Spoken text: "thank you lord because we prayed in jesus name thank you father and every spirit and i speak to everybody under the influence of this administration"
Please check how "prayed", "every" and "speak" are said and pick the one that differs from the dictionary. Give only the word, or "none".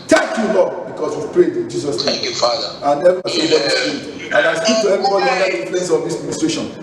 every